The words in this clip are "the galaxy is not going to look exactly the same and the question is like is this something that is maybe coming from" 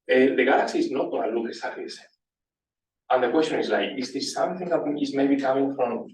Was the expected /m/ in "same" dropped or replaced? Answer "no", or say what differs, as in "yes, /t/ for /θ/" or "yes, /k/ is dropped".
yes, /m/ is dropped